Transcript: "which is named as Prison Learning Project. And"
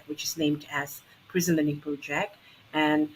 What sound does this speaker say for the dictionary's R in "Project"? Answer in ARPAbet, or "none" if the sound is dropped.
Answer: none